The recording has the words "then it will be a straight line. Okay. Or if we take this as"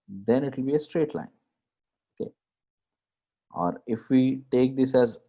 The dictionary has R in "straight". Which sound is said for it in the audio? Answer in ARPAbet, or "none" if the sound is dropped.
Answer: R